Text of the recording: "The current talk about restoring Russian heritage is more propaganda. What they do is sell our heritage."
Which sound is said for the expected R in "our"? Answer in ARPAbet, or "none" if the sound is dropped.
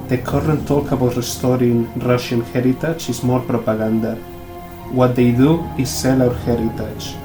W